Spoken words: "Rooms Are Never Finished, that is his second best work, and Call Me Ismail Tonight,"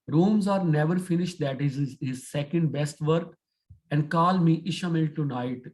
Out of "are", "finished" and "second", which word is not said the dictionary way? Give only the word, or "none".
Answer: none